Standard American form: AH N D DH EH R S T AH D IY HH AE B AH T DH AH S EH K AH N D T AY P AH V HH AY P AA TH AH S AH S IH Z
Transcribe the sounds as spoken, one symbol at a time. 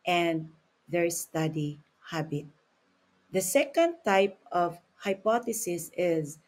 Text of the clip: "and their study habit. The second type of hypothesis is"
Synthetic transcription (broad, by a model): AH N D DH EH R S T AH D IY HH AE B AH T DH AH S EH K AH N D T AY P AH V HH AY P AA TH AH S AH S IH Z